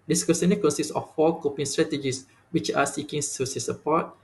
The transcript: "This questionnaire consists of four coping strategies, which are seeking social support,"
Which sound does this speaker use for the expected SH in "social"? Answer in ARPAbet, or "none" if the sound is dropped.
S